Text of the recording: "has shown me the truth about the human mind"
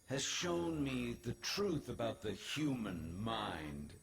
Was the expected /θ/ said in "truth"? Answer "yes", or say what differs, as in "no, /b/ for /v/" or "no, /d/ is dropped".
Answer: yes